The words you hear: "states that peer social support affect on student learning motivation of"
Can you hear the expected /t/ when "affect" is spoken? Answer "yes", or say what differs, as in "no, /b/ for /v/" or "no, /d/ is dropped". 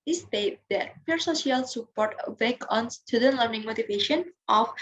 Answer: no, /t/ is dropped